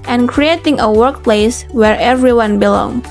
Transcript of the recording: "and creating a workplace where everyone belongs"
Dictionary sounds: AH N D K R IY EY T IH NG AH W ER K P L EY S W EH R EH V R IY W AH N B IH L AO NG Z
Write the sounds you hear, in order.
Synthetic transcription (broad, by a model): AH N K R IY EY T IH NG AH W ER K P L EY S W EH R EH V R IY W AH N B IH L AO NG